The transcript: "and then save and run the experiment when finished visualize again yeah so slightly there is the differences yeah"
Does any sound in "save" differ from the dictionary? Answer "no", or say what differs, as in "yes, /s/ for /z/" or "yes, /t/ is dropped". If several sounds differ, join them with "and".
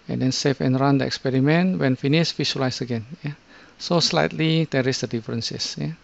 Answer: yes, /f/ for /v/